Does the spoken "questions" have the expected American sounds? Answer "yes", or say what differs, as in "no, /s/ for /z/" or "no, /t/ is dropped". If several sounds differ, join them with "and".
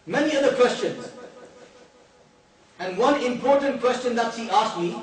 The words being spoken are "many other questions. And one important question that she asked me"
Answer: yes